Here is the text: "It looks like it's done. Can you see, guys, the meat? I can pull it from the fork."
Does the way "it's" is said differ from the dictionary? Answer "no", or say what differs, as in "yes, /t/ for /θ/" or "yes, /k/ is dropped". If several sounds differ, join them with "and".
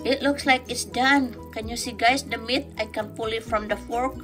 no